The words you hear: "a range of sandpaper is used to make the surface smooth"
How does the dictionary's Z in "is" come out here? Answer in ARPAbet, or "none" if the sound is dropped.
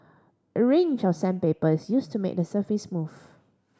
S